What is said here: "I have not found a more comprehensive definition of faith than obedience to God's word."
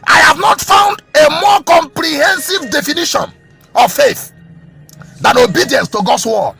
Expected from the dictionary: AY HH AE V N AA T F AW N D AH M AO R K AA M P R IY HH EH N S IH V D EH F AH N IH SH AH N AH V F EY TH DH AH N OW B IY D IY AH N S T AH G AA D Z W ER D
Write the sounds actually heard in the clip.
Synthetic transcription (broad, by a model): AY HH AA V N AA T F AW N D AH M AO K AA M P R IY HH EH N S IH V D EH F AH N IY SH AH N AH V F EY TH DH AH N OW B IY D IY AH N S T AH G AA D S W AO